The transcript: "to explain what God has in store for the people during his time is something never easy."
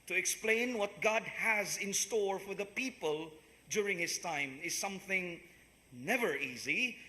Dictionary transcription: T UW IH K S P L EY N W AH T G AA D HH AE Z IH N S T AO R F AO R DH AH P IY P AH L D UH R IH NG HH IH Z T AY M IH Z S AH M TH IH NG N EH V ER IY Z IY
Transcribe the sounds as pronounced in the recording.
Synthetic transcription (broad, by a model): T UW IH K S P L EY N W AH T G AA D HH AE Z IH N S T AO R F AO R DH AH P IY P AH L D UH R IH NG HH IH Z T AY M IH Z S AH M TH IH NG N EH V ER IY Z IY